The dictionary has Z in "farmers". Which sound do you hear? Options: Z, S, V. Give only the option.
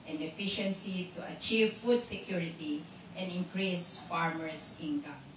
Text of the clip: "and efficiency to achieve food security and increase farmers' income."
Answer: S